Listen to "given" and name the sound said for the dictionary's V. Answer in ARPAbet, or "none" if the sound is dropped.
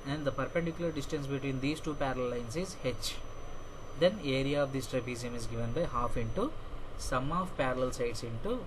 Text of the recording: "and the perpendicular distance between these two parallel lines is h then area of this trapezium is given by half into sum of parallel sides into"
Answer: V